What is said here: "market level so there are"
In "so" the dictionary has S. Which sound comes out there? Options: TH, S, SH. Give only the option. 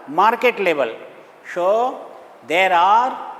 SH